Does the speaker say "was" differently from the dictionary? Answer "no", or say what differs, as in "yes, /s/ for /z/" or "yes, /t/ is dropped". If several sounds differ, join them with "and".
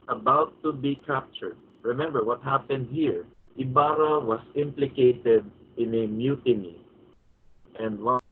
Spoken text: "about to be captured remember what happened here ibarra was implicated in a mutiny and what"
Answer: yes, /s/ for /z/